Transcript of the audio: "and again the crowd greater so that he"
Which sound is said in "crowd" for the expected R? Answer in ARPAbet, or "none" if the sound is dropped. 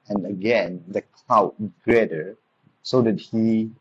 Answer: L